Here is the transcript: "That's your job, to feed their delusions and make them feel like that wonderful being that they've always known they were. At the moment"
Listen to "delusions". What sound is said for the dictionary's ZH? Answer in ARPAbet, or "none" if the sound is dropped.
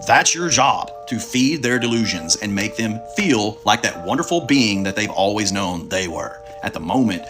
ZH